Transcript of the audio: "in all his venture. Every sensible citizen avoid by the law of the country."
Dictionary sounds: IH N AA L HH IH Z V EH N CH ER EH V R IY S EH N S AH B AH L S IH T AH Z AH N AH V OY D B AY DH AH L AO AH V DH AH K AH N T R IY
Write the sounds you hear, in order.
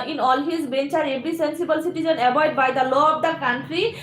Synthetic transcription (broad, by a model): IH N AA L HH IH Z B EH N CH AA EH B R IY S EH N S AH B AH L S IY T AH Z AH N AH B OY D B AY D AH L AO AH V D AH K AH N T R IY